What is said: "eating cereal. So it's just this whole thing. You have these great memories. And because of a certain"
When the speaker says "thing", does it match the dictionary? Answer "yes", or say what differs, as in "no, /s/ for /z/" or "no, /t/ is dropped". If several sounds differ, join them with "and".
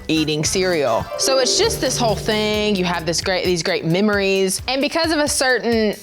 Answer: yes